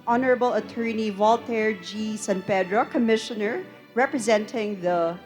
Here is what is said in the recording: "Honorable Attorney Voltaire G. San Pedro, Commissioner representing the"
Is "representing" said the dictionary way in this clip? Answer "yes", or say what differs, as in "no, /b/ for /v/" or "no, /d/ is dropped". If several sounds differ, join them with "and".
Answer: yes